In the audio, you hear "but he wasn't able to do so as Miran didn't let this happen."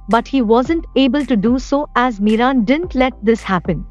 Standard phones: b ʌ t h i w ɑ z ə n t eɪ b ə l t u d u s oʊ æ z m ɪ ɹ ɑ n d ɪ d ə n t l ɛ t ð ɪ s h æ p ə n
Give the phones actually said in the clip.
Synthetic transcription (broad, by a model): b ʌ t h i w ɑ z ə n t eɪ b ə l t u d u s oʊ æ z m ɪ ɹ ɑ n d ɪ d ə n t l ɛ t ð ɪ s h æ p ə n